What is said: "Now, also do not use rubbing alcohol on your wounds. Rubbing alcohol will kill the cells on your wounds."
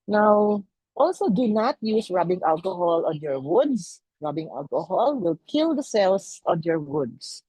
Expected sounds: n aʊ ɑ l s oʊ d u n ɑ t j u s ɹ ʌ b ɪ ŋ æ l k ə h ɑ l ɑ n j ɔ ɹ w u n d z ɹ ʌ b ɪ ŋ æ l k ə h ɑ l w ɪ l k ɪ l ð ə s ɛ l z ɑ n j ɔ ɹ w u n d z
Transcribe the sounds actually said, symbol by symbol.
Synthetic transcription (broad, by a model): n aʊ ɑ l s oʊ d u n ɑ t j u s ɹ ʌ b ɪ ŋ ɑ l k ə h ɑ l ɑ n j ɔ ɹ w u d s ɹ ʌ b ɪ ŋ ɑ l k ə h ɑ l w ɪ l k ɪ l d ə s ɛ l s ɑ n j ɔ ɹ w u d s